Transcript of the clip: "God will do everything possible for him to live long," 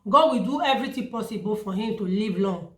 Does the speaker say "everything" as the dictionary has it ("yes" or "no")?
no